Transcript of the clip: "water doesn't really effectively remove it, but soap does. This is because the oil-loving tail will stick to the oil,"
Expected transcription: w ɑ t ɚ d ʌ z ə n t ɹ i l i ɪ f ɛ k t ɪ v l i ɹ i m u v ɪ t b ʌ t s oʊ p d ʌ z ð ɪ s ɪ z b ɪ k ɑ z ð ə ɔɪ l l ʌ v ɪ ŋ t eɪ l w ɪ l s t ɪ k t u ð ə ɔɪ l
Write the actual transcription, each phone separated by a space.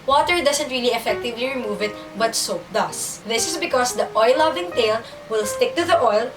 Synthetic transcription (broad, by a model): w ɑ t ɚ d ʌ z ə n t ɹ i l i ɪ f ɛ k t ɪ v l i ɹ i m u v ɪ t b ʌ t s oʊ p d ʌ s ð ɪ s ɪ s b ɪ k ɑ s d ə ɔɪ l l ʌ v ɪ ŋ t eɪ l w ɪ l s t ɪ k t u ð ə ɔɪ l